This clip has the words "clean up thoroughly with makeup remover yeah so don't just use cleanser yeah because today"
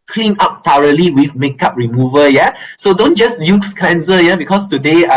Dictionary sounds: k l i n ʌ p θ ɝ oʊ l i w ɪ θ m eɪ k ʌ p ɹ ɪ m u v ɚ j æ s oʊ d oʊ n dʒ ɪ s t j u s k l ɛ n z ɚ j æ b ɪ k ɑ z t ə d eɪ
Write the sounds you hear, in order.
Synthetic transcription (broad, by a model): k l i n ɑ p t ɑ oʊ l i w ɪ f m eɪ k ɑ p ɹ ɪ m u v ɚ j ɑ s oʊ d oʊ n dʒ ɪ s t j u s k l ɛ n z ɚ j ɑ b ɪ k ɑ s t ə d eɪ